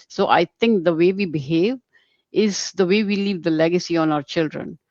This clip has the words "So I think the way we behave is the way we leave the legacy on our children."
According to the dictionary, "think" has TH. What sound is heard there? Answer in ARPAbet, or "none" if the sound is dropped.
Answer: T